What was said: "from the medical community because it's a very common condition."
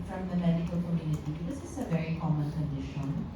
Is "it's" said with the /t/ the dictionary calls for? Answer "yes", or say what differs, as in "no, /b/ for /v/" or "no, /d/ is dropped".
no, /s/ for /t/